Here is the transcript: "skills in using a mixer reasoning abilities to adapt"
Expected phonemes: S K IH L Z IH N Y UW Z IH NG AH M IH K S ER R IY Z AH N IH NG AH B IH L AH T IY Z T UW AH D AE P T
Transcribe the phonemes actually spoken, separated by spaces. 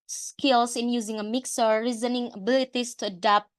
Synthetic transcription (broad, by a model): S K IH L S IH N Y UW Z IH NG AH M IH K S ER R IY Z AH N IH NG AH B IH L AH T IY S T UW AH D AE P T